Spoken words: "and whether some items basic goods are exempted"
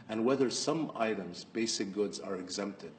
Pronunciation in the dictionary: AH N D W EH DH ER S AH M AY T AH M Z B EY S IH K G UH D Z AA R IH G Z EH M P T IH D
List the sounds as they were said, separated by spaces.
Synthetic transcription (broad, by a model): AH N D W EH DH ER S AH M AY T AH M Z B EY S IH K G UH D Z AA R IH G Z EH M P T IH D